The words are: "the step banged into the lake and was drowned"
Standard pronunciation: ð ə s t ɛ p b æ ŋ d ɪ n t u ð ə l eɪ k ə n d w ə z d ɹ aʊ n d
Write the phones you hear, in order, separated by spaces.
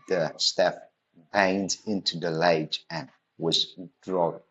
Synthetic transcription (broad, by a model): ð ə s t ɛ f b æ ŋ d ɪ n t u ð ə l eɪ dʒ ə n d w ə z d ɹ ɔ